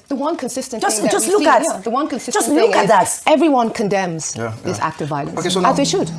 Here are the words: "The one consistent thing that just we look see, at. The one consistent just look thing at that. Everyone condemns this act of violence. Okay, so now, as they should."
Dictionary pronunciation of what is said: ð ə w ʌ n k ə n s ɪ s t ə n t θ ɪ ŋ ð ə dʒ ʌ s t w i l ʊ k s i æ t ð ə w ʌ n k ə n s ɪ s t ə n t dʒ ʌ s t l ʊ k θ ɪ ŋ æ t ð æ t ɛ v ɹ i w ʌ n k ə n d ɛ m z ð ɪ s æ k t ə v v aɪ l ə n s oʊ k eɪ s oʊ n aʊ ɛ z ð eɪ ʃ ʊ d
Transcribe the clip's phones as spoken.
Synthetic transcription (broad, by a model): ð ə w ʌ n k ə n s ɪ s t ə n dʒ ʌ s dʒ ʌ s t l ʊ k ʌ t ð ə w ʌ n k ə n s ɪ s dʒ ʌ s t l ʊ k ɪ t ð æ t ɛ v ɹ i w ʌ n k ə n d ɛ m z ð ɪ s æ k t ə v v aɪ l ə n s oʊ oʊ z ð eɪ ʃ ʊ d